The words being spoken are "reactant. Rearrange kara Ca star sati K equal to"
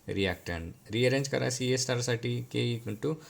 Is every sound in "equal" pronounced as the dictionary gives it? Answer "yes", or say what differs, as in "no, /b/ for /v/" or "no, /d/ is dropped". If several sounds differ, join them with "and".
no, /n/ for /l/